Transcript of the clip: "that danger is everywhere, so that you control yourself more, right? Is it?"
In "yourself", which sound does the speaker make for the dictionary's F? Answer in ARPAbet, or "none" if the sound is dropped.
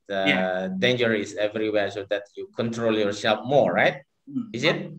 P